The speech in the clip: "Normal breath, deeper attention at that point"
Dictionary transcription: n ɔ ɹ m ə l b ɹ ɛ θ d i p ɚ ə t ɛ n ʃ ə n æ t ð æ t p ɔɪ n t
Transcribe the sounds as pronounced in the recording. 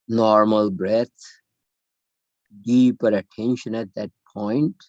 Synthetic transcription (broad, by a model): n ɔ ɹ m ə l b ɹ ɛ t d i p ɚ ə t ɛ n ʃ ə n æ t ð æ t p ɔɪ n t